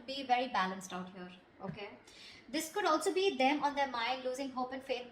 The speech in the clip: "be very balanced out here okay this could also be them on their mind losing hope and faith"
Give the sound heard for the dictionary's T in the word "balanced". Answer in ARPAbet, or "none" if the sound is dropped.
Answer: T